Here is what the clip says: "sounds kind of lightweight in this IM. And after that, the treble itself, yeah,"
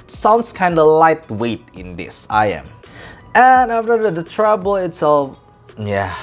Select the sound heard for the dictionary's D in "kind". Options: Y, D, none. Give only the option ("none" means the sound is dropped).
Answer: D